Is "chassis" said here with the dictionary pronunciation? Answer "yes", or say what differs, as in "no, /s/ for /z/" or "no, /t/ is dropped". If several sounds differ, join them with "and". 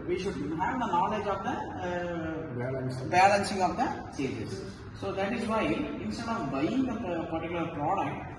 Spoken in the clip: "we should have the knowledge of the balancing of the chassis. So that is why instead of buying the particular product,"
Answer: no, /s/ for /tʃ/